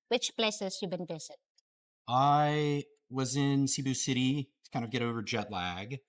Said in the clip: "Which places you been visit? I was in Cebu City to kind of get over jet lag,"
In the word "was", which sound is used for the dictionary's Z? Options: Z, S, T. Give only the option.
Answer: Z